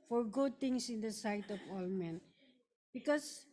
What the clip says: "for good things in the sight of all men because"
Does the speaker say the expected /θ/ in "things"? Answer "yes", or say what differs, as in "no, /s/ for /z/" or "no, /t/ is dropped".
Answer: no, /t/ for /θ/